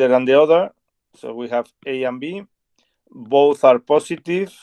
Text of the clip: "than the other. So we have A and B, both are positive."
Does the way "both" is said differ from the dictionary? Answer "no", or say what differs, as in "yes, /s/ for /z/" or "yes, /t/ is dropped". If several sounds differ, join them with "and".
no